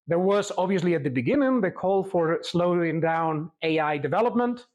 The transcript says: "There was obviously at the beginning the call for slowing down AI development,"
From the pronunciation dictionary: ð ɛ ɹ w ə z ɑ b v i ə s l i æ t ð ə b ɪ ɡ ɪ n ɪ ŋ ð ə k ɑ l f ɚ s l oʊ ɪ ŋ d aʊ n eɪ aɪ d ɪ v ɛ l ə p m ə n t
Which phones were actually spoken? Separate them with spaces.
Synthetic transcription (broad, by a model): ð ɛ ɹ w ə z ɑ b v i ə s l i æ t ð ə b ɪ ɡ ɪ n ɪ ŋ ð ə k ɑ l f ɚ s l oʊ ɪ ŋ d aʊ n eɪ aɪ d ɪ v ɛ l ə p m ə n t